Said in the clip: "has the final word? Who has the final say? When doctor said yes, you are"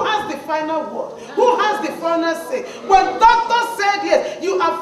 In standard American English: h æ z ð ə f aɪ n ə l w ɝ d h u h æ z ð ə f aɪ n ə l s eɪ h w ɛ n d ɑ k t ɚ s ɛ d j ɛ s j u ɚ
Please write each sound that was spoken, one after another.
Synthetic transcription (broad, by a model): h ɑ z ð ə f aɪ n ə l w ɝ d h u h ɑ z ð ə f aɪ n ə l s eɪ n w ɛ n d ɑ k t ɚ s ɛ d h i j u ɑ